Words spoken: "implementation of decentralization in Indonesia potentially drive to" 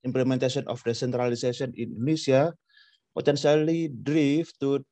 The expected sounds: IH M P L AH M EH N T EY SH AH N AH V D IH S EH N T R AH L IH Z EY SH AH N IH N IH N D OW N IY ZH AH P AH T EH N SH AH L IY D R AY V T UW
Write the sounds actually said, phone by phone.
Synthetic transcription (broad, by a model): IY M P L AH M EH N T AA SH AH N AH F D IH S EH N T R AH L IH S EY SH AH IH N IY N D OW N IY S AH P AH T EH N S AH L IY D R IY F T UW